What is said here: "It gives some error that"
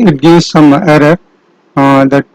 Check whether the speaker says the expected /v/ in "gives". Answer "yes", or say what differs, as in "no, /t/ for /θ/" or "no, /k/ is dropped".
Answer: no, /v/ is dropped